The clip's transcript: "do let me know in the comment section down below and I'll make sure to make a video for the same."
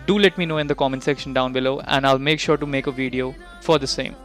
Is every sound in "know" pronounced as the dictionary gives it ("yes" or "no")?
yes